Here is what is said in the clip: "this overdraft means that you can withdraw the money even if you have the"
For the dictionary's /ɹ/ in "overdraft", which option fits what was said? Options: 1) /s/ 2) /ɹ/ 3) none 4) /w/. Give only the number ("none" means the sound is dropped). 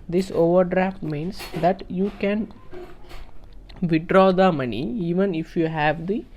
2